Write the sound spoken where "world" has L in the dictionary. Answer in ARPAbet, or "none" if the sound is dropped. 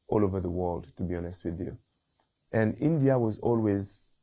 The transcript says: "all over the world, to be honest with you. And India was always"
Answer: L